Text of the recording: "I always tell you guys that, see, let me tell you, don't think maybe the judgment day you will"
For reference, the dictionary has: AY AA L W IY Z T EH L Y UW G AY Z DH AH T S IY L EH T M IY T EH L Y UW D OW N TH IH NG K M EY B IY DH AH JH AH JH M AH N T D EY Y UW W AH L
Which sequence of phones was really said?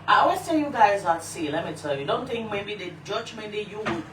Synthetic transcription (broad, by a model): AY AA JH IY S T EH L Y UW G AY Z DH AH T S IY L EH T M IY T EH L Y UW D OW N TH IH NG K M EY B IY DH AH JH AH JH M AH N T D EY Y UW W